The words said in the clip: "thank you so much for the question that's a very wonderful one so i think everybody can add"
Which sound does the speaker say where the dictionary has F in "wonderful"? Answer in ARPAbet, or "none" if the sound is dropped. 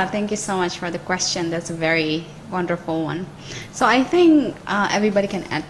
F